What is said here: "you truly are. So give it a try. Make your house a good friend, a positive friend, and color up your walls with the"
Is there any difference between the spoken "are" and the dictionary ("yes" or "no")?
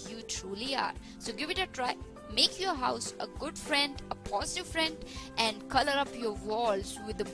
no